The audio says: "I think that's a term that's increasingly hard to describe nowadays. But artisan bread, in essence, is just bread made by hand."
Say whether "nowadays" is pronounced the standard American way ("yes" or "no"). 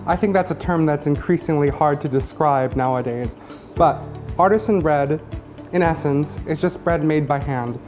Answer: yes